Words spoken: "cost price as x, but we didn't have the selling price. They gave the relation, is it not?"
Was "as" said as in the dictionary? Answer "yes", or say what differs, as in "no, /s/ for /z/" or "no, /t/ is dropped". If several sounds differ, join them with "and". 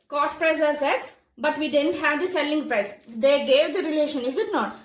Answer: no, /s/ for /z/